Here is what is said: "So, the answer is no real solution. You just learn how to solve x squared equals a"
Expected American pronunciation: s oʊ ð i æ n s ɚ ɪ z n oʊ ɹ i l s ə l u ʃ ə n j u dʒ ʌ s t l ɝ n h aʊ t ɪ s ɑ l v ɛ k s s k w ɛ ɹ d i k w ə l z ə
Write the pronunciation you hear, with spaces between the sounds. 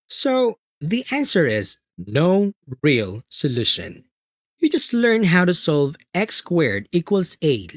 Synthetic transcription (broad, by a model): s oʊ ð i æ n s ɚ ɪ z n oʊ ɹ i l s ə l u ʃ ə n j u dʒ ʌ s t l ɝ n h aʊ t ɪ s ɑ l v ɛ k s s k w ɛ ɹ d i k w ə l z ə